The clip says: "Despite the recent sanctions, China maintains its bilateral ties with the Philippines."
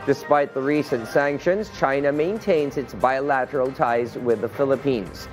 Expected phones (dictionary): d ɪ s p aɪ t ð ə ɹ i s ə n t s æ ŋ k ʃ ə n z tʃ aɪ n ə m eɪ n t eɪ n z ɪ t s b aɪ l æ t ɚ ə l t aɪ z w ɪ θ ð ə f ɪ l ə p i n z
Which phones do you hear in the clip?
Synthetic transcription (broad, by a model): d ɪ s p aɪ t ð ə ɹ i s ə n t s æ ŋ k ʃ ə n z tʃ aɪ n ə m eɪ n t eɪ n z ɪ t s b aɪ l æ t ɚ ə l t aɪ z w ɪ ð ə f ɪ l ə p i n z